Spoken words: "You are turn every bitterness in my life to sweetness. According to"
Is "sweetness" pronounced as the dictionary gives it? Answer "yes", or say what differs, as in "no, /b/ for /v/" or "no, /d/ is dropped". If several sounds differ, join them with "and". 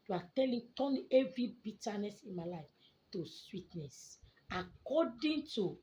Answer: yes